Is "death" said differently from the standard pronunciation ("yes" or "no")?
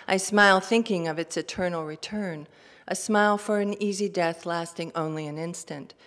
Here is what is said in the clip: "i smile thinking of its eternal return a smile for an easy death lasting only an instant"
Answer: no